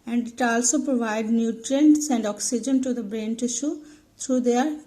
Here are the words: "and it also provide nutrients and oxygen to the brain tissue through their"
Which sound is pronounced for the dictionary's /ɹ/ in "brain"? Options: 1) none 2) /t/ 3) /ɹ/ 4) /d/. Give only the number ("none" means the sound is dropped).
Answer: 3